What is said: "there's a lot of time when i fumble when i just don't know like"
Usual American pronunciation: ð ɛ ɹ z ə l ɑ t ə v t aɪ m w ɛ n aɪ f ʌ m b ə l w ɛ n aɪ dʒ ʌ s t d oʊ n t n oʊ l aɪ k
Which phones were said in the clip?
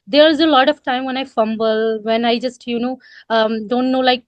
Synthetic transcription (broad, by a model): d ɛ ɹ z ə l ɑ t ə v t aɪ m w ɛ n aɪ f ʌ m b ə l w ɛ n aɪ dʒ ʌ s t d oʊ n t n oʊ l aɪ k